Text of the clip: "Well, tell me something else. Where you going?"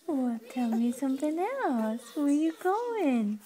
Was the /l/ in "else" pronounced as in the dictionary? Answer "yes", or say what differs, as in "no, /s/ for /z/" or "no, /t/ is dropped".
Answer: no, /l/ is dropped